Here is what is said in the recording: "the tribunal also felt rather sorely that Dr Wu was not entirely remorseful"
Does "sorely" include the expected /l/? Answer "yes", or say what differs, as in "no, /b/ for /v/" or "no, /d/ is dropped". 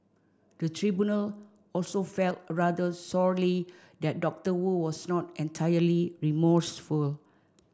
yes